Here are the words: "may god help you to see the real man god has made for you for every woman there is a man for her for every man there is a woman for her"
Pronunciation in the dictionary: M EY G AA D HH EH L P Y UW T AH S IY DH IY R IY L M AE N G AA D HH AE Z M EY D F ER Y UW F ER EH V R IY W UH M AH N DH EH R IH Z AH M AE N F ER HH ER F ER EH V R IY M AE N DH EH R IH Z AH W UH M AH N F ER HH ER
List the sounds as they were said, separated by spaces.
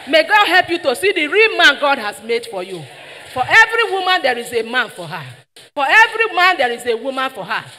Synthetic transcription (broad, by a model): M EY G AA D HH EH L P Y UW T AH S IY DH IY R IY L M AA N G AA D HH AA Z M EY D F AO Y UW F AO EH V R IY W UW M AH N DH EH R IH Z AH M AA N F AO HH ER F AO EH V R IY M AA N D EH R IH Z AH W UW M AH N F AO HH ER